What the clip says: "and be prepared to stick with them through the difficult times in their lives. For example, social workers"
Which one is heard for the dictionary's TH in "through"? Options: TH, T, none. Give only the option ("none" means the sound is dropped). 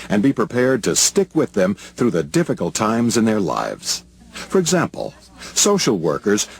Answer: TH